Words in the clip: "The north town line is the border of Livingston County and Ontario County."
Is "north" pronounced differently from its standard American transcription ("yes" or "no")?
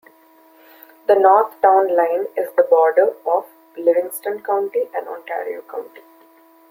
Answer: yes